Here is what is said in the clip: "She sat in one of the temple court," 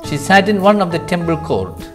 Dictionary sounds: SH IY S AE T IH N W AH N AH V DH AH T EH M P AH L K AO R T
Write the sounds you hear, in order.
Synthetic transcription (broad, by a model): SH IY S AE T IH N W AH N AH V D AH T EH M B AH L K AO R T